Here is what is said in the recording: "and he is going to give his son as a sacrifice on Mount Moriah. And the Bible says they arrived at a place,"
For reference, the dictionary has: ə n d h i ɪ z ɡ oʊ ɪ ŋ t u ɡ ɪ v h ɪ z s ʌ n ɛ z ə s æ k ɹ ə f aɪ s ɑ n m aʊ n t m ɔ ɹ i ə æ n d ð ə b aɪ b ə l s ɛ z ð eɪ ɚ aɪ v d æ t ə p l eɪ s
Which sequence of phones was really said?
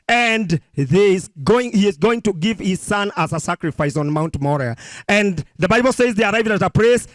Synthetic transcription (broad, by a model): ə n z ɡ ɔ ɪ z ɡ oʊ ɪ ŋ t u ɡ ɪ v h ɪ z s ʌ n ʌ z ə s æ k ɹ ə f aɪ s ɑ n m aʊ n t m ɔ ɹ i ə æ n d ð ə b aɪ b l s ɛ z ð eɪ ɚ aɪ v d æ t ə p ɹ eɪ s